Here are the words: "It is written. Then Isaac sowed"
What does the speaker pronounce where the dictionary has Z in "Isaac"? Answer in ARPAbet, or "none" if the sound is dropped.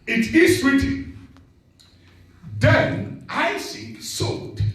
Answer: S